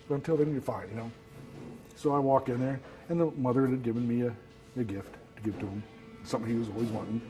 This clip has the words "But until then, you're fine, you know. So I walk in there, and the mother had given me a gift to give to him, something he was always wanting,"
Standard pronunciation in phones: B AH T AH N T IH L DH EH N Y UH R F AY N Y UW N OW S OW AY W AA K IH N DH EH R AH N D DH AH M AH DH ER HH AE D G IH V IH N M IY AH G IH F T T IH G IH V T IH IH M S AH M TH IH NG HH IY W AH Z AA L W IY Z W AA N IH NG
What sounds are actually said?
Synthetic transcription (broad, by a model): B AH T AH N T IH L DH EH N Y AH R F AY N Y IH N OW S OW AY W AA K IH N DH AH R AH N DH AH M AH DH ER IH D G IH V IH N M IY AH G IH F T T IH G IH V T IH IH M S AH M TH IH NG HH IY W AH Z AA L W IY Z W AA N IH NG